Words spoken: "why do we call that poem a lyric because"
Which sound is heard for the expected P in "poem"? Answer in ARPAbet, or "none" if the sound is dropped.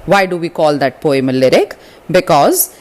P